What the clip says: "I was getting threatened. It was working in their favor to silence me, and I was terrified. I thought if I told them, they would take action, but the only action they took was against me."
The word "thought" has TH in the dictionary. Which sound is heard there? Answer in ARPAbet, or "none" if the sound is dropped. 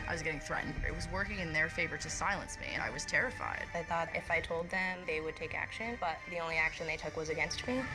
TH